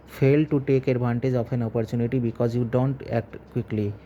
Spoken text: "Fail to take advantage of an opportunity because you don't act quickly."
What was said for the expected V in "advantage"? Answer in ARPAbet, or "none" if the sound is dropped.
B